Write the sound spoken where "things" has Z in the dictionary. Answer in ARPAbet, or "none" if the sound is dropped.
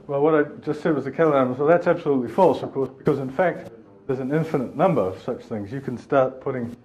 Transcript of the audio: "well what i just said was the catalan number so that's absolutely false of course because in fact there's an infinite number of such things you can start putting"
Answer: Z